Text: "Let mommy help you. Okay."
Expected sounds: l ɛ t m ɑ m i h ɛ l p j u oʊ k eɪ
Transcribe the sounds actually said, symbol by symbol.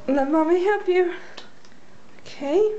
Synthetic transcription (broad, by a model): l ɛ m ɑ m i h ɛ p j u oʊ k eɪ